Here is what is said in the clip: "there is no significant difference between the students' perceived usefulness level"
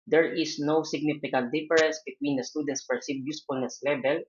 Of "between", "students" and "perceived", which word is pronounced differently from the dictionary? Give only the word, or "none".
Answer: perceived